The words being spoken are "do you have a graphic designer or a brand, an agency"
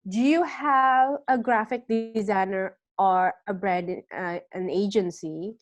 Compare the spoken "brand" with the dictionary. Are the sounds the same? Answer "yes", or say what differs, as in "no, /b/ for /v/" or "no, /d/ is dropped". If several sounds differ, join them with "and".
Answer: no, /n/ is dropped